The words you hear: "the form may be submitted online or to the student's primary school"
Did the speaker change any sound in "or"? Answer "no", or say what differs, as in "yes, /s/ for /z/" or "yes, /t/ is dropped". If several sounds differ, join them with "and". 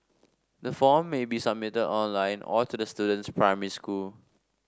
yes, /l/ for /ɹ/